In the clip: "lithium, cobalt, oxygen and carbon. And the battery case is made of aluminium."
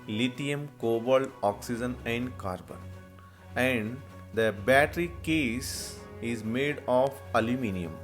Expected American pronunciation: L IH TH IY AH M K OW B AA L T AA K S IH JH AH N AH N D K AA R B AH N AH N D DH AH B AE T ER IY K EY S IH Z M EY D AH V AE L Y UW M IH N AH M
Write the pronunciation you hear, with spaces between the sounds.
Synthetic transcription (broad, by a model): L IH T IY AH M K OW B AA L AA K S IH JH AH N AH N D K AA R B AH N AH N D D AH B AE T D IY K EY S IH Z M EY D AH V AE L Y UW M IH N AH M